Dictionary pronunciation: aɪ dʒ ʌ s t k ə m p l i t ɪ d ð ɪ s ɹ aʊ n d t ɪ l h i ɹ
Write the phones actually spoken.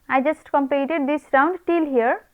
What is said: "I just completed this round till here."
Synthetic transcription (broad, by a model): aɪ dʒ ʌ s t k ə m p i t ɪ d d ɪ s ɹ aʊ n d t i l h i ɹ